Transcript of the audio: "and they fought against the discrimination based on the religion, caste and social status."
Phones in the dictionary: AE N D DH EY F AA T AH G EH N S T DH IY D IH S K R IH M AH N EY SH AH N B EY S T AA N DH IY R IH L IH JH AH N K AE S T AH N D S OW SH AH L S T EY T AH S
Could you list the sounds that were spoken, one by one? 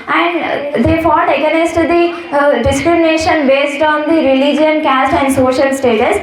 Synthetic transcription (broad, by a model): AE N D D EY F AA T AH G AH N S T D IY D IH S K R IH M AH N EY SH AH N B EY S T AA N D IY R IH L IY JH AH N K AE S T AH N D S OW SH AH L S T EY T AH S